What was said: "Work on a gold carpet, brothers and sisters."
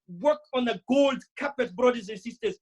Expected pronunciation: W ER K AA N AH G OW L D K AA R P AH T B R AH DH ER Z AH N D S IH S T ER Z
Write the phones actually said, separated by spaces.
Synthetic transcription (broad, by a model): W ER K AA N AH G OW L D K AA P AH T B R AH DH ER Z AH N S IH S T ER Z